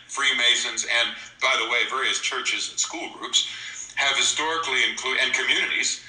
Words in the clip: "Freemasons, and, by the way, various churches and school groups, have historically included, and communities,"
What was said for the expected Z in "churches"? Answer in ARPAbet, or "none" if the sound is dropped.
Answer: Z